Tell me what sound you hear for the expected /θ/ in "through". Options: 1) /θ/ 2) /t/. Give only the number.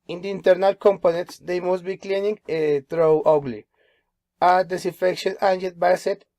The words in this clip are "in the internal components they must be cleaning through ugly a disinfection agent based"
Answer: 2